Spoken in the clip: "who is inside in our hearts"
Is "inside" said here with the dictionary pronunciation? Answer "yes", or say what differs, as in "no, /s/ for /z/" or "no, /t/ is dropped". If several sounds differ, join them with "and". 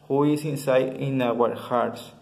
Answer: no, /d/ is dropped